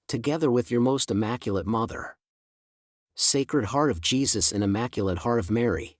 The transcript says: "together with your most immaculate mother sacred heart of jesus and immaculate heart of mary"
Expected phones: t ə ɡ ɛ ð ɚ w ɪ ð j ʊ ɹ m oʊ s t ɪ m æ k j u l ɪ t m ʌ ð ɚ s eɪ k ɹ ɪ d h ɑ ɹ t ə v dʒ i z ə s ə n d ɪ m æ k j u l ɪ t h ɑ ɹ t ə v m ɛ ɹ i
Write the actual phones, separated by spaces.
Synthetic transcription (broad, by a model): t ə ɡ ɛ ð ɚ w ɪ ð j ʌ ɹ m oʊ s t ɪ m æ k j l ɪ t m ʌ ð ɚ s eɪ k ɹ ɪ d h ɑ ɹ t ə v dʒ i z ə s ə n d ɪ m æ k j l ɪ t h ɑ ɹ t ə v m ɛ ɹ i